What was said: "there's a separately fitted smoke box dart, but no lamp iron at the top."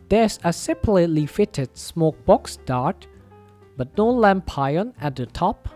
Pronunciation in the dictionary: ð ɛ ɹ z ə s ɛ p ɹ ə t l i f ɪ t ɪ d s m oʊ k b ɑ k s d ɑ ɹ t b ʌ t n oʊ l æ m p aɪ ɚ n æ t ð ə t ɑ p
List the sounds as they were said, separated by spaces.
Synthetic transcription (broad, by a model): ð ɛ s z ə s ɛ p l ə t l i f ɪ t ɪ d s m oʊ k b ɑ k s d ɑ ɹ t b ʌ t n oʊ l æ m p aɪ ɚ n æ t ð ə t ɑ p